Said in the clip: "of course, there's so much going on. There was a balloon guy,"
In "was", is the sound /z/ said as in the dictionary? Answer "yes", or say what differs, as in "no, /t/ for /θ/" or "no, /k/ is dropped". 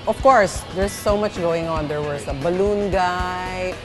no, /s/ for /z/